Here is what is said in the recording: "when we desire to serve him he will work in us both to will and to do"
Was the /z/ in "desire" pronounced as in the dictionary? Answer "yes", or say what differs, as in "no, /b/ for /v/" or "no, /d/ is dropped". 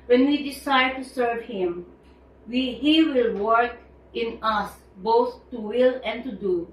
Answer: no, /s/ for /z/